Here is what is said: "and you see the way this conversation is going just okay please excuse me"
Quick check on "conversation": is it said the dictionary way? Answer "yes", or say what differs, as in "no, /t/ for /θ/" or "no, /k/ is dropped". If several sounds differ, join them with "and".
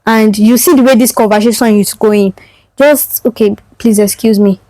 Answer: no, /n/ is dropped and /ʃ/ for /s/ and /s/ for /ʃ/